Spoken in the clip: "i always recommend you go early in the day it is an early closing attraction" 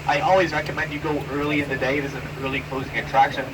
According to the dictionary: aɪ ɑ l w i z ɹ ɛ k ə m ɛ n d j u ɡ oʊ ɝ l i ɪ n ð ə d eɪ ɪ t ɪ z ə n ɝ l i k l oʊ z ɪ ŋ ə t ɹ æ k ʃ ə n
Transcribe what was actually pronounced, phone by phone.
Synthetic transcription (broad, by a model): aɪ ɑ l w i z ɹ ɛ k ə m ɛ n d j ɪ ɡ oʊ ɝ l i ɪ n ð ə d eɪ ɪ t ɪ z ə n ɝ l i k l oʊ z ɪ ŋ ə t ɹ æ k ʃ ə n